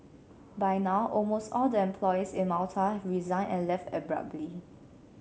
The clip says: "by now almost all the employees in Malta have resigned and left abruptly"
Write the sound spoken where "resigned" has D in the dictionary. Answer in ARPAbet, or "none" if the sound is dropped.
none